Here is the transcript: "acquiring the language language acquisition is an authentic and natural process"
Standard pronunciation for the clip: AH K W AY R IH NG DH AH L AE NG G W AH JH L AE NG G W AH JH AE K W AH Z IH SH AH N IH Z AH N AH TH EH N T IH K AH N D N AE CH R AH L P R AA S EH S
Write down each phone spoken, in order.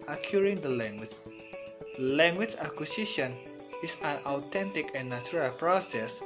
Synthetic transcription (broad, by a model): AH K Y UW R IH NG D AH L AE NG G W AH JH L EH NG G W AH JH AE K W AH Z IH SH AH N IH S AH N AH T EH N T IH K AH N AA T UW R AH L P R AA S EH S